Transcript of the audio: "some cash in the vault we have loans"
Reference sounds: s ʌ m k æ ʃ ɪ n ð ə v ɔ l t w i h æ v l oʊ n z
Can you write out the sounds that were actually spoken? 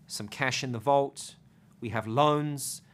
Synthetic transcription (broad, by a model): s ʌ m k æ ʃ ɪ n ð ə v ɔ l t w i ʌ v l oʊ n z